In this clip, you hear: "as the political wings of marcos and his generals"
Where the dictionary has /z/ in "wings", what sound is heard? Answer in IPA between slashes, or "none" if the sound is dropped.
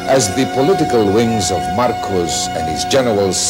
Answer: /z/